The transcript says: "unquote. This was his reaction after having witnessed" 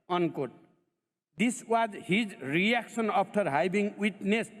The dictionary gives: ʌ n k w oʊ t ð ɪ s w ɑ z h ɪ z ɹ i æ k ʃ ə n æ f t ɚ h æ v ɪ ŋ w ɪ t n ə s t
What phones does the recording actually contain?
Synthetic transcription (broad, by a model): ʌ n k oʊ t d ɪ s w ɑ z h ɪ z ɹ i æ k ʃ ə n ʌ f t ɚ h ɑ b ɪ ŋ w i t n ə s